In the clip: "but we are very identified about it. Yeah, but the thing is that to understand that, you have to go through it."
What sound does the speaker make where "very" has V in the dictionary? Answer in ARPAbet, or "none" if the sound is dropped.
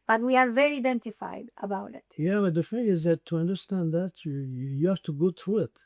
V